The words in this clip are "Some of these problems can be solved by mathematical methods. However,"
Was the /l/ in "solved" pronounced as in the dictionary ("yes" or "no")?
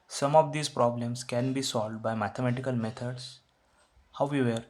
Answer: yes